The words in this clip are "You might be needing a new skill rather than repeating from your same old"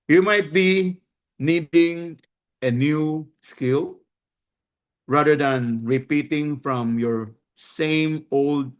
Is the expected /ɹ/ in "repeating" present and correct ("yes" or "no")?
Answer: yes